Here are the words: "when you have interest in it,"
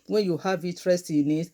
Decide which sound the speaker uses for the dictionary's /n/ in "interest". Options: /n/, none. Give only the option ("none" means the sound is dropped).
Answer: none